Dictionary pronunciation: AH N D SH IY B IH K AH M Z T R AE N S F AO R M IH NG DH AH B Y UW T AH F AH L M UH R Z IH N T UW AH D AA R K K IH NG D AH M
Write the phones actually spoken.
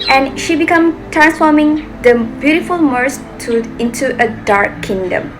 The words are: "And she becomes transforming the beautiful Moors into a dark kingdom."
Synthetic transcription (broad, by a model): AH N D SH IY B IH K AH M T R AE N S F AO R M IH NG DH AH B Y UW T AH F AH L M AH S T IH N T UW AH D AA R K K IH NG D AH M